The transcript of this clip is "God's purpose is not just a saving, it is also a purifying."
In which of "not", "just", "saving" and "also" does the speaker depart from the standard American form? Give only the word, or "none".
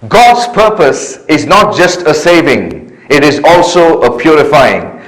none